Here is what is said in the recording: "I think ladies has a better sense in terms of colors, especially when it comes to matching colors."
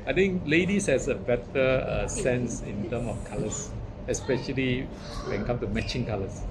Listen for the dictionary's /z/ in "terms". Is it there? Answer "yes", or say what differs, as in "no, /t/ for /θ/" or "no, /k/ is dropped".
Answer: no, /z/ is dropped